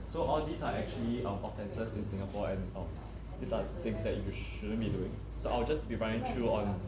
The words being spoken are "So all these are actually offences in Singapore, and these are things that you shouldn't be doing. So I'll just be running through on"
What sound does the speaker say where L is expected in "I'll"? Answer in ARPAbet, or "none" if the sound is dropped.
W